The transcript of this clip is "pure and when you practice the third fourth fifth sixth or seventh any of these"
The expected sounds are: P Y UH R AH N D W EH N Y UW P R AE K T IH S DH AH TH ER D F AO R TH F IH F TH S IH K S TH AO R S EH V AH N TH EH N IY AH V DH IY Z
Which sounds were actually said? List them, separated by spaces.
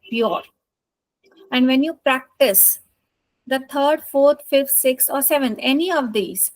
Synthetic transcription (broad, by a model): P Y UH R AH N D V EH N Y UW P R AE K T IH S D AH T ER D F AO R T F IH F T S IH K S AO R S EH V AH N T EH N IY AH V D IY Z